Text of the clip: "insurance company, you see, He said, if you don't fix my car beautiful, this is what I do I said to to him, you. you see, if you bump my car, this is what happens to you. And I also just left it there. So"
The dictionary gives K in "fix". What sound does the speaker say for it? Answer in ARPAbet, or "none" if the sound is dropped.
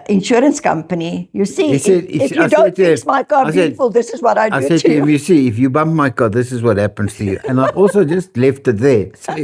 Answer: none